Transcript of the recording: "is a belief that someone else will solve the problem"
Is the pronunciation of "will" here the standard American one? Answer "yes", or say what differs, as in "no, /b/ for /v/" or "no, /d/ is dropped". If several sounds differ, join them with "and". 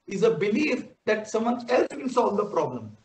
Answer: no, /n/ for /l/